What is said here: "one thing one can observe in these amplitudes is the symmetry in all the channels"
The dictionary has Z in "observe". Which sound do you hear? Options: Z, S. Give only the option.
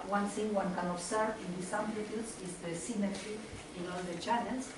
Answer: S